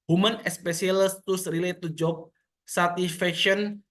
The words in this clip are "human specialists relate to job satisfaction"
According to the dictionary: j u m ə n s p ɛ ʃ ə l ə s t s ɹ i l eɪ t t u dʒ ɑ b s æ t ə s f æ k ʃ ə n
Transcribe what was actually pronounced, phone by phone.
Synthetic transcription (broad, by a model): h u m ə n s p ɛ s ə l s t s ɹ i l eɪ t t u dʒ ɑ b s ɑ t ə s f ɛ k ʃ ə n